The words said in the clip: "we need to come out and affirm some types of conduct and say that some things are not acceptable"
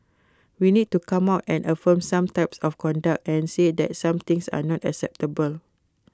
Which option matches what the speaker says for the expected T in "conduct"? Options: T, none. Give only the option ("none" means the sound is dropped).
T